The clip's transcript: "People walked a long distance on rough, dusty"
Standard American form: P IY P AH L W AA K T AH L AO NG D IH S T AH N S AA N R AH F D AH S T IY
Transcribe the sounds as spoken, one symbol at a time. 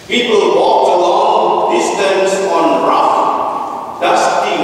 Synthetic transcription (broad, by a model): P IY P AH L W AA K AH L AO NG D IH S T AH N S AA N R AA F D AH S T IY